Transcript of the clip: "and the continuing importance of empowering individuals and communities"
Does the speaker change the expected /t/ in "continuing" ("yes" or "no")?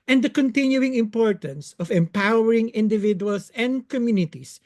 no